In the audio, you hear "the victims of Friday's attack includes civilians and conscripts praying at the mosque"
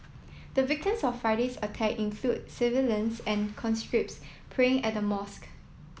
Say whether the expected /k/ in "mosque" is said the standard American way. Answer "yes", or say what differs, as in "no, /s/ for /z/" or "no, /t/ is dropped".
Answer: yes